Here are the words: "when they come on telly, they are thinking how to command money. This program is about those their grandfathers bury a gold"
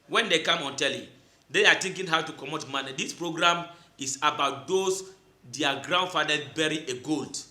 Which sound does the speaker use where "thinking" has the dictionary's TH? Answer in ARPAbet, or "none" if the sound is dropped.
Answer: T